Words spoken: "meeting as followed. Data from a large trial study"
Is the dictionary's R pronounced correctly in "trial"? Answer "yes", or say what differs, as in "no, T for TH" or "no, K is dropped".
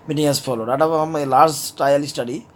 no, R is dropped